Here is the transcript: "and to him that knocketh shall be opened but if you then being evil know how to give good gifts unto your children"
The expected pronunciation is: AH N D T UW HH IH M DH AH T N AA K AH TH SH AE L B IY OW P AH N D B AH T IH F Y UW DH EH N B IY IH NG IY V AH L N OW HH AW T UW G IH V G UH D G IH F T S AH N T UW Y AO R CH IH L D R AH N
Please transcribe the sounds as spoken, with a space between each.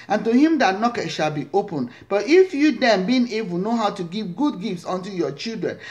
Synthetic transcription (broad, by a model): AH N T UW HH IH M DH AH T N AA K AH T SH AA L B IY OW P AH N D B AH T IH F Y UW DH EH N B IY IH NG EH B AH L N OW HH AW T UW G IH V G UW D G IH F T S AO N T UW Y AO CH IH L D R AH N